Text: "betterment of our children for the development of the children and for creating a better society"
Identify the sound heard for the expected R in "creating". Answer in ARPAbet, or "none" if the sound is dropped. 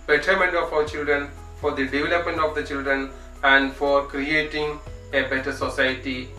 R